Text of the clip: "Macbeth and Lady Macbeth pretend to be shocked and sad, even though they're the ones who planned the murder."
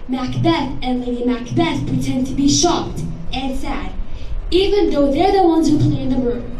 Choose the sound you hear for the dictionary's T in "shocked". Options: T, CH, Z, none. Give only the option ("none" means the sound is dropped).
T